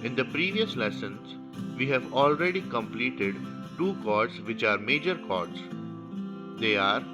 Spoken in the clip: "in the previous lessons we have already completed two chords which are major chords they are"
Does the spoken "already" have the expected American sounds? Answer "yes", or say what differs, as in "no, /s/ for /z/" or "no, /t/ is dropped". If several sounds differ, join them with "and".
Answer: yes